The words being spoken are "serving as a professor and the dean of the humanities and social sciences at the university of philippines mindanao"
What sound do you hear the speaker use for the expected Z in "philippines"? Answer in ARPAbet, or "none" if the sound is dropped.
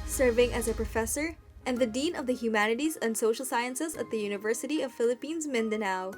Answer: Z